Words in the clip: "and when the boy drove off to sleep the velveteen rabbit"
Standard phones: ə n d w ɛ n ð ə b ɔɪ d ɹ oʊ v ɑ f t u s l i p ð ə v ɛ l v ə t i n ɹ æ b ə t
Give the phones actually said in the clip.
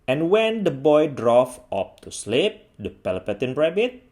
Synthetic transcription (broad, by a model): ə n w ɛ n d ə b ɔɪ d ɹ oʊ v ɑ p t u s l i p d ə p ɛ l p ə t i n ɹ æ b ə t